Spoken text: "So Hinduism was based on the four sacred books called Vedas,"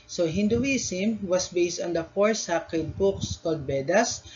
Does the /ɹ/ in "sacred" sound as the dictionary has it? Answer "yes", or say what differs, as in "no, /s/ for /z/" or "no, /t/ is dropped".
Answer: no, /ɹ/ is dropped